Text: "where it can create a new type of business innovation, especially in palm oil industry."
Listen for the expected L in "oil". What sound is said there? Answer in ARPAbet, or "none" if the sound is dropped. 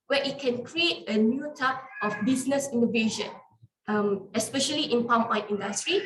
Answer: N